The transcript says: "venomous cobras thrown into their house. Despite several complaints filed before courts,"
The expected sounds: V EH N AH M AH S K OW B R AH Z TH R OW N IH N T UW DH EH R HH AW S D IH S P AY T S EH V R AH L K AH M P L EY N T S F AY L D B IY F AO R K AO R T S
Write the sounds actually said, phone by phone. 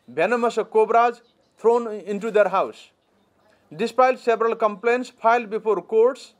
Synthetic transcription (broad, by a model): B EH N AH M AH S K OW B R AH Z T R OW N IH N T UW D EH R HH AW S D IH S P AY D S EH B R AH L K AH M P L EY N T S P AY L D B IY P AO R K AO R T S